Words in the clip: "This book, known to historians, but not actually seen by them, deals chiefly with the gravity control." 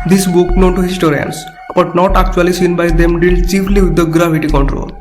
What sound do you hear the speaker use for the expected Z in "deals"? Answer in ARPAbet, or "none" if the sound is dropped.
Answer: none